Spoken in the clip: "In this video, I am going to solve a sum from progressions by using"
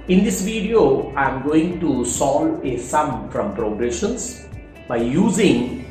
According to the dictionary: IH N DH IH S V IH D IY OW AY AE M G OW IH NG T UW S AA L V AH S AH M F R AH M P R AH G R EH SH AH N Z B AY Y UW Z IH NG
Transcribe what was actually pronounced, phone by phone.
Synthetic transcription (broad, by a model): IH N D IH S V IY D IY OW AY M G OW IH NG T UW S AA L AH S AH M F R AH M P R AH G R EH SH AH N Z B AY Y UW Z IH NG